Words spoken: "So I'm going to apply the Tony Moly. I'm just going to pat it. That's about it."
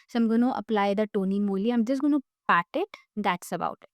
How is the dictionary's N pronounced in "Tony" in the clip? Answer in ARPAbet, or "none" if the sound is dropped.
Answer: N